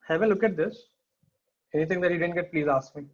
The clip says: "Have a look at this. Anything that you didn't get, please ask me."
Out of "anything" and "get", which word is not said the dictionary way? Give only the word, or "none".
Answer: anything